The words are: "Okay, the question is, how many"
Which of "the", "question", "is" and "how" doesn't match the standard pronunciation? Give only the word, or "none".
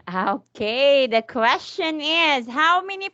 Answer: none